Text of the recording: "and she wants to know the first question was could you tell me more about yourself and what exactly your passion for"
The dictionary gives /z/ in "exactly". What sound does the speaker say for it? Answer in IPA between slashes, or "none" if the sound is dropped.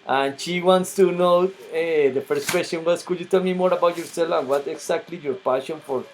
/s/